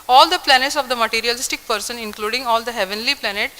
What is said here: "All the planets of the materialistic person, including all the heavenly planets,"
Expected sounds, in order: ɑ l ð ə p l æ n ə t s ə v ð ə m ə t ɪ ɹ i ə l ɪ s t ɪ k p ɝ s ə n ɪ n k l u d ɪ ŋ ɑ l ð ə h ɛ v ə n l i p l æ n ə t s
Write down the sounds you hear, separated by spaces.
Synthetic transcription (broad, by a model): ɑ l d ə p l æ n ə t s ə v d ə m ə t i ɹ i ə l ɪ s t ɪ k p ɝ s ə n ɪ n k l u d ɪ ŋ ɑ l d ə h ɛ v ə n l i p l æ n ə t